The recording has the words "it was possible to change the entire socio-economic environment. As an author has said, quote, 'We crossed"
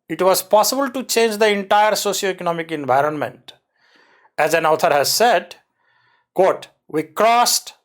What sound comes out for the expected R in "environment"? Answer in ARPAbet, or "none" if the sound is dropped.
R